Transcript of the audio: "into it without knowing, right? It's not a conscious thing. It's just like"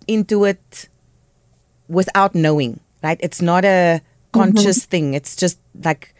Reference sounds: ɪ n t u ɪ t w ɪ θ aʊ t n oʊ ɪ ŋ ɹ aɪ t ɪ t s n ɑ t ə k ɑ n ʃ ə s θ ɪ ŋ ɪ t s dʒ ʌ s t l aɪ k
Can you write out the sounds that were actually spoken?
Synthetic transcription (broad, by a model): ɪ n t u ɪ t w ɪ θ aʊ t n oʊ ɪ ŋ ɹ aɪ t ɪ t s n ɑ t ə k ɑ n ʃ ə s θ ɪ ŋ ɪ t s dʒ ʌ s t l aɪ k